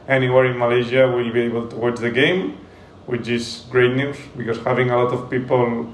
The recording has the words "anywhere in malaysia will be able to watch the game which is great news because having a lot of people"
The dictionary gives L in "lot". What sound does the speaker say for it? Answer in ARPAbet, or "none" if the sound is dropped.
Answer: L